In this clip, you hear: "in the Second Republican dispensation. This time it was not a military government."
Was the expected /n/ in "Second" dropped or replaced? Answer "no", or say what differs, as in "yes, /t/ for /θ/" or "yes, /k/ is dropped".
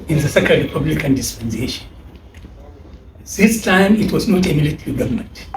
yes, /l/ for /n/